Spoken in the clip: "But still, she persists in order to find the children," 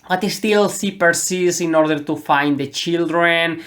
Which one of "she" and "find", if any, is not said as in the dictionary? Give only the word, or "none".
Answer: she